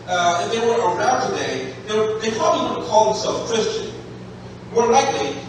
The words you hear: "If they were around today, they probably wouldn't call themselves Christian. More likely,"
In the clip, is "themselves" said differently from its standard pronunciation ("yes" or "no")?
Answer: yes